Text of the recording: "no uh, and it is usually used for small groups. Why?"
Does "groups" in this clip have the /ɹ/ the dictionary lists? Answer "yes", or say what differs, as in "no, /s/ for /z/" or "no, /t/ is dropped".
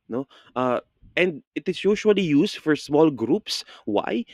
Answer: yes